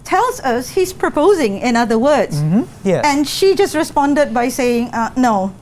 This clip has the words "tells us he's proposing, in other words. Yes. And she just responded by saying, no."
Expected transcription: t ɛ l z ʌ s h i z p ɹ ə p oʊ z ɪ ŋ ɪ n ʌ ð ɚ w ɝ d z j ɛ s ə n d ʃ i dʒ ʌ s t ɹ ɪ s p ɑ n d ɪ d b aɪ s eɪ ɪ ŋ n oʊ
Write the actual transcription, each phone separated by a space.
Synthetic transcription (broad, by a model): t ɛ l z ʌ s h i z p ɹ ə p oʊ z ɪ ŋ ɪ n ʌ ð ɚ w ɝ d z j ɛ ə n ʃ i dʒ ʌ s t ɹ ɪ s p ɑ n d ɪ d b aɪ s eɪ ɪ ŋ n oʊ